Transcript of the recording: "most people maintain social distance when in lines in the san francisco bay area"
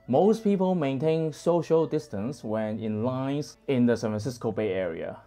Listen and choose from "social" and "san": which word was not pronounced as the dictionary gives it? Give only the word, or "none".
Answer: none